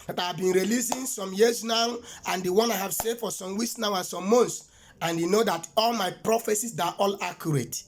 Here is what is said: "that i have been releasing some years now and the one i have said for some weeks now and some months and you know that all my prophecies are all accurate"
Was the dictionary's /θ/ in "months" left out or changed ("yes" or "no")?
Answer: yes